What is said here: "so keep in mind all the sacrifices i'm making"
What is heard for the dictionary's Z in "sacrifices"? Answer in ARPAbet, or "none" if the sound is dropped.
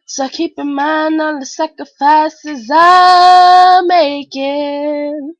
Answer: Z